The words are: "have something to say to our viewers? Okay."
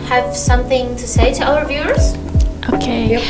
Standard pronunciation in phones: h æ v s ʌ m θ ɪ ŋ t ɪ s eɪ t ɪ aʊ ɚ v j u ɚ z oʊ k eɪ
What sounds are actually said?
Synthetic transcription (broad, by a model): h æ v s ʌ m θ ɪ ŋ t ɪ s eɪ t ɪ aʊ ɚ v j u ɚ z oʊ k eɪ